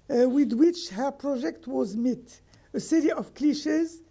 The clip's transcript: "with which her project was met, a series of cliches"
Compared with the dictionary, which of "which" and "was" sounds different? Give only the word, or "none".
none